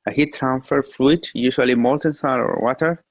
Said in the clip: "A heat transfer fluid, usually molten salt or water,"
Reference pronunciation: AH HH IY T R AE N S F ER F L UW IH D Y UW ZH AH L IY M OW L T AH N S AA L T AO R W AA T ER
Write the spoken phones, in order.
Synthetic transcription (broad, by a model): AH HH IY T R AE N S F ER F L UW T Y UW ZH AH L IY M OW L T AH N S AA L AO R W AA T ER